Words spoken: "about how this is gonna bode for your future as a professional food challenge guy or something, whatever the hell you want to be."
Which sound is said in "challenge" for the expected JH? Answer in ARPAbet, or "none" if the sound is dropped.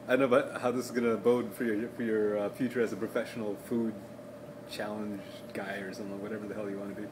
JH